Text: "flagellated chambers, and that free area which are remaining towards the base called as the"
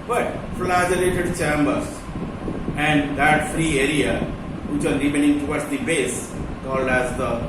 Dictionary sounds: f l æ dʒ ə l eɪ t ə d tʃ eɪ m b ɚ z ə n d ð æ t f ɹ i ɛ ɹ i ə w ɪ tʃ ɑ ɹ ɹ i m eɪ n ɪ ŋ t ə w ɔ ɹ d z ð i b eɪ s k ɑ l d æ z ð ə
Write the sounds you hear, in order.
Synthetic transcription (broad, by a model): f l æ dʒ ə l eɪ t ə d tʃ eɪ m b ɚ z ə n d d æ t f ɹ i ɛ ɹ i ə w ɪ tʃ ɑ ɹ ɹ i m eɪ n ɪ ŋ t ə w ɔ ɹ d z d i b eɪ s k ɑ l d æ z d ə